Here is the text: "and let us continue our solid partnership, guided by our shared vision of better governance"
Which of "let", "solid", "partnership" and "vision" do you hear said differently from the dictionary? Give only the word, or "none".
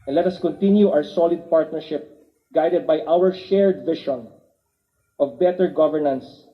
vision